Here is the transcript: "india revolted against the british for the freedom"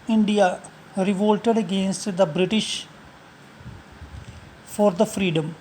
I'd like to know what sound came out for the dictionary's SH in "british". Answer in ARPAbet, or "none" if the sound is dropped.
SH